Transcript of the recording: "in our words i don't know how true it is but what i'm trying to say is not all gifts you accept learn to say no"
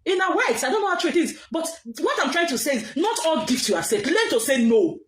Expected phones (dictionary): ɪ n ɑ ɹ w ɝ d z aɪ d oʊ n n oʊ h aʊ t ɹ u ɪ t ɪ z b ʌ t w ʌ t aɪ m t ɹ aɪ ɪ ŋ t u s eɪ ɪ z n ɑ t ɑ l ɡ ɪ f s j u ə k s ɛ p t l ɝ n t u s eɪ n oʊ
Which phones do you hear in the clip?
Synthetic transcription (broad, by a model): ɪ n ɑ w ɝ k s aɪ d oʊ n n oʊ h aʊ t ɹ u ɪ t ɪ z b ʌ t w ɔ t aɪ m t ɹ aɪ ɪ ŋ t u s eɪ ɪ z n ɑ t ɑ l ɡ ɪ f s j u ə s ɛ t l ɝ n t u s eɪ n oʊ